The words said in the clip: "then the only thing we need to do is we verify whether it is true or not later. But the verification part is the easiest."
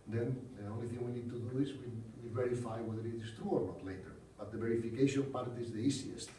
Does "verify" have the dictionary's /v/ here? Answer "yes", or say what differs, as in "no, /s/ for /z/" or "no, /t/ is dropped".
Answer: yes